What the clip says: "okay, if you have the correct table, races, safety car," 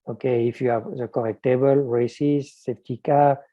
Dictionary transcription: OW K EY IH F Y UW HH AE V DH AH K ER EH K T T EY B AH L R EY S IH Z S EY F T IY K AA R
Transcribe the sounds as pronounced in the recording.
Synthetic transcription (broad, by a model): OW K EY IH F Y UW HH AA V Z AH K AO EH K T T EY B AH L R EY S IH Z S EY P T IY K AA